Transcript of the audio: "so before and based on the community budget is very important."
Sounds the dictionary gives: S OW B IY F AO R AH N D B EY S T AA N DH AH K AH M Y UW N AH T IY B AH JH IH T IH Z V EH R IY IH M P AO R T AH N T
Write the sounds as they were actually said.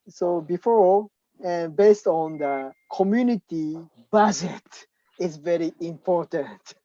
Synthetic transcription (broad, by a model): S OW B IY F AO R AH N B EY S T AA N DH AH K AH M Y UW N AH T IY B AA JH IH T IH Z V EH R IY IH M P AO R T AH N T